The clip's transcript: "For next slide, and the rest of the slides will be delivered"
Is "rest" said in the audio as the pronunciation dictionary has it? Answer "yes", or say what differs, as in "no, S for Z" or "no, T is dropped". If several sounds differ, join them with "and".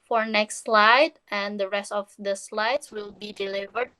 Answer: yes